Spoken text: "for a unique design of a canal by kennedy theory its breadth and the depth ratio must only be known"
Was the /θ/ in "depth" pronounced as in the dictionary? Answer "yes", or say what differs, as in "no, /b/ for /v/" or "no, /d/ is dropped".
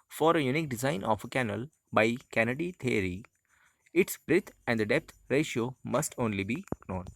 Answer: no, /t/ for /θ/